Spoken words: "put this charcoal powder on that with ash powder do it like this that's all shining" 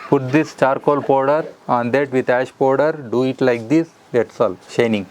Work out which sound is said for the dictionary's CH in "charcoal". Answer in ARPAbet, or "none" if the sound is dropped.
CH